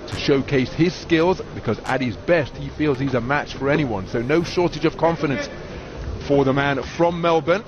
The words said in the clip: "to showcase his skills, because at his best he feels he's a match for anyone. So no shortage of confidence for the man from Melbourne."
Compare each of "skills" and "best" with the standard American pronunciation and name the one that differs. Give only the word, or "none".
none